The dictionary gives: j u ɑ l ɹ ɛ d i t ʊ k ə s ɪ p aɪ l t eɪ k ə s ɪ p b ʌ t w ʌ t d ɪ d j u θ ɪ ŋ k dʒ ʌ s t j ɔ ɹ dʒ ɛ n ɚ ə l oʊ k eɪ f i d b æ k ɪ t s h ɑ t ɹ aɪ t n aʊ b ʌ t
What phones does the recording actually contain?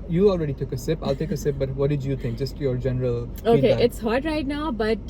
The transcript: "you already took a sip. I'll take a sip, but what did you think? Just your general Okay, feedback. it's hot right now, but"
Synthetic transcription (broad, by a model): j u ɑ l ɹ ɛ d i t ʊ k ə s ɪ p aɪ l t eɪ k ə s ɪ p b ʌ t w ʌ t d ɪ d j u t ɪ ŋ k dʒ ʌ s t j ɔ ɹ dʒ ɛ n ɚ ə l oʊ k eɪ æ ɪ t s h ɑ t ɹ aɪ t n aʊ b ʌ t